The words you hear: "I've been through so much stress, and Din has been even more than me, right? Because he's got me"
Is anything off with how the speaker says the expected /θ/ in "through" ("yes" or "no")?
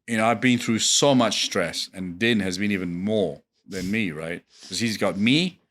no